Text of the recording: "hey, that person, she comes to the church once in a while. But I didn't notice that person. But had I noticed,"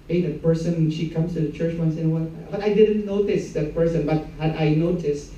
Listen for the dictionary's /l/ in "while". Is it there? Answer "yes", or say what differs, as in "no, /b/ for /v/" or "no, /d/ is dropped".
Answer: no, /n/ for /l/